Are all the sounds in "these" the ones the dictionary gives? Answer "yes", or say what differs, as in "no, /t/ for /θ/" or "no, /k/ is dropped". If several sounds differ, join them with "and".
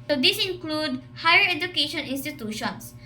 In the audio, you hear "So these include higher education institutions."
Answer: no, /s/ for /z/